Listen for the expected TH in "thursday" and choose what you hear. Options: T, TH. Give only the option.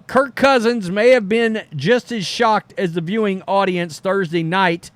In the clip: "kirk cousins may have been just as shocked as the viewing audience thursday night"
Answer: TH